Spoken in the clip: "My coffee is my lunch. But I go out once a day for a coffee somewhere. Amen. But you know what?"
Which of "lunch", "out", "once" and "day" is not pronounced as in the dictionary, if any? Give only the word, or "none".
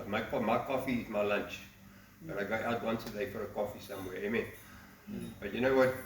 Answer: none